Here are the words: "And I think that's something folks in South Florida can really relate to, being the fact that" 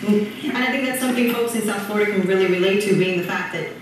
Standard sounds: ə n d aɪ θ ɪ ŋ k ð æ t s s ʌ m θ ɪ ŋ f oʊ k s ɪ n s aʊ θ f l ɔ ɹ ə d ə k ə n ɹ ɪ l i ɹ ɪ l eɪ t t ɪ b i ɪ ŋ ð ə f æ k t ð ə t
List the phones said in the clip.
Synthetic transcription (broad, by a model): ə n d aɪ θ ɪ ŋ k ð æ t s s ʌ m θ ɪ ŋ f oʊ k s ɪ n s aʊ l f ɔ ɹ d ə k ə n ɹ ɪ l i ɹ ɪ l eɪ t t ɪ b i ɪ ŋ ð ə f æ k ð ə t